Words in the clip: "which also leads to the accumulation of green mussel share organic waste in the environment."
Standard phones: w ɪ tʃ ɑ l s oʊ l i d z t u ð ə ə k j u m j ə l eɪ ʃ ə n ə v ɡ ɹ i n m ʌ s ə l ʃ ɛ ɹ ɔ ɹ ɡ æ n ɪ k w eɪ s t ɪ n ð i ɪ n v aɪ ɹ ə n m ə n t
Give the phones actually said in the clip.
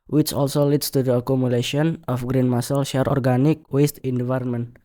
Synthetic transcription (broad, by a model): w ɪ tʃ ɑ l s oʊ l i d s t u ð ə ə k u m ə l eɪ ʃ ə n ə f ɡ ɹ i n m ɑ s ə l ʃ ɛ ɹ ɔ ɹ ɡ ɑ n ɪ k w eɪ s t ɪ n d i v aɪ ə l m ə n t